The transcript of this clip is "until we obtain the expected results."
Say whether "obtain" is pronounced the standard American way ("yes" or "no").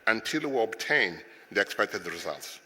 yes